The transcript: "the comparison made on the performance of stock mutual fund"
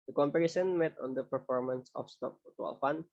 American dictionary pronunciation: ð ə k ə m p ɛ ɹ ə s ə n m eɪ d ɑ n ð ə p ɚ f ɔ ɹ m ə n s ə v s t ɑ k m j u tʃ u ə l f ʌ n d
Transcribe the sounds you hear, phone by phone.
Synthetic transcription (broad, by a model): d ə k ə m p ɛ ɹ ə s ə n m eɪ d ɑ n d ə p ɚ f ɔ ɹ m ə n s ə f s t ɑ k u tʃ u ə l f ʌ n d